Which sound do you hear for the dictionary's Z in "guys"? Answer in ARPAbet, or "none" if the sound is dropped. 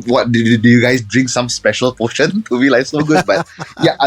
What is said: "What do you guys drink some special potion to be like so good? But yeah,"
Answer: S